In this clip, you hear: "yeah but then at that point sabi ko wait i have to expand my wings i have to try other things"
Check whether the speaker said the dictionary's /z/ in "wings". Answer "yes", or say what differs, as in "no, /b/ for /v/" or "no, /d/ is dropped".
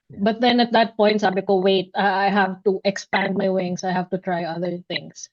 no, /s/ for /z/